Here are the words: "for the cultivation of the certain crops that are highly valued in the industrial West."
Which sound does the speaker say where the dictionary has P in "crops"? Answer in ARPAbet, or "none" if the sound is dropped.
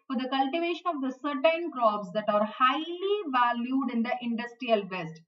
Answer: B